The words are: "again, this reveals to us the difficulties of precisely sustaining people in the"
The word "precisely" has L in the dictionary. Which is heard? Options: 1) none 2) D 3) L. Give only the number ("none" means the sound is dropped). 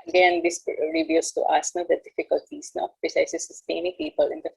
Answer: 1